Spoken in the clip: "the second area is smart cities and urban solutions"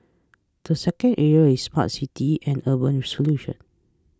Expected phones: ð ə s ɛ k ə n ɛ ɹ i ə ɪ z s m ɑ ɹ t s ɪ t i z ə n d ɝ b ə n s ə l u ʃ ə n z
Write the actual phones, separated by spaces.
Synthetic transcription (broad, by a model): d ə s ɛ k ə n ɛ ɹ i ə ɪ s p ɑ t s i t i ə n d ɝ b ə n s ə l u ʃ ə n